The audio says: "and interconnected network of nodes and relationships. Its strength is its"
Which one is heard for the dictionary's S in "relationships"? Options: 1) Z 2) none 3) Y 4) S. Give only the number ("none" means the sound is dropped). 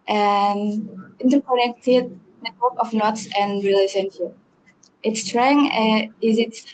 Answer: 2